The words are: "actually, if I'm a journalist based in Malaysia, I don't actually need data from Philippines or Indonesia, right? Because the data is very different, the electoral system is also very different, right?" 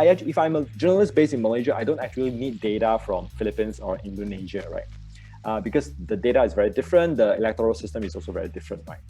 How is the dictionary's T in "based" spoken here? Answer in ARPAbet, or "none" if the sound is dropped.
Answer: none